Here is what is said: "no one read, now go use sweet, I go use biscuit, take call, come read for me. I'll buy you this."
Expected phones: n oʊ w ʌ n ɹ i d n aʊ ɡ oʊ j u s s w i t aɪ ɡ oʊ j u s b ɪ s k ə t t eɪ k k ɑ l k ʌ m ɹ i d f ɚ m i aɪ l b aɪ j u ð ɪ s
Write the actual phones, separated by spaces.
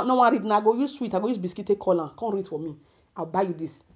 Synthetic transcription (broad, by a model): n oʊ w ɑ ɹ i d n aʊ ɡ oʊ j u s s w i t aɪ ɡ oʊ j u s b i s k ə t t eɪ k k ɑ l k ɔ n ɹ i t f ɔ m i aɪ w b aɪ j u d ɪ s